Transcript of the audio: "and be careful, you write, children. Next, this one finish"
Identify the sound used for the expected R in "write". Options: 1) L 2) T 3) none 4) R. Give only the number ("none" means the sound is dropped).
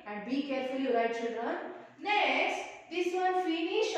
1